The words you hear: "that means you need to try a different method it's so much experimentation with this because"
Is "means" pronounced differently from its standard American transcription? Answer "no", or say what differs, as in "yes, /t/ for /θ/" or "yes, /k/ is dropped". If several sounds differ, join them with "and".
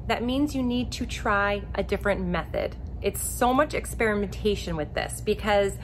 no